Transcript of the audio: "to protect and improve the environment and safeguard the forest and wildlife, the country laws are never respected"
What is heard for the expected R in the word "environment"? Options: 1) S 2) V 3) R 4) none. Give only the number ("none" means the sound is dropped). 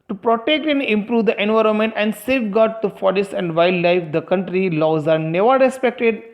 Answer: 3